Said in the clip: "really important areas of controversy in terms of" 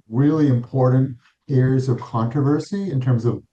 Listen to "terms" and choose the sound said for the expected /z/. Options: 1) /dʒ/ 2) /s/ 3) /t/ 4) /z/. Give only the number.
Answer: 4